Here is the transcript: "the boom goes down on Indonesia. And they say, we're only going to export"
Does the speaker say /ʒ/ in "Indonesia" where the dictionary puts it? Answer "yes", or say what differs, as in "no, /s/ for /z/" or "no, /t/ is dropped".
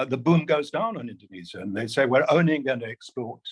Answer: no, /z/ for /ʒ/